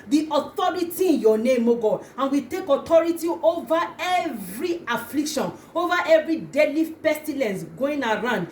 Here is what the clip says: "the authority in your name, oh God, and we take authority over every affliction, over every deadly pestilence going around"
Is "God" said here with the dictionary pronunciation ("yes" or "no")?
no